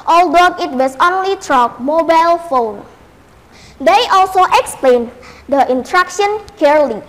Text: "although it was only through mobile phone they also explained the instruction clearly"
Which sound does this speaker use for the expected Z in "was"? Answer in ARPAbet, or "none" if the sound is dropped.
S